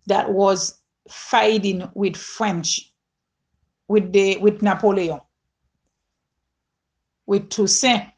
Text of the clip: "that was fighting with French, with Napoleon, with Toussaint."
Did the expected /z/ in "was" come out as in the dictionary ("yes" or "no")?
yes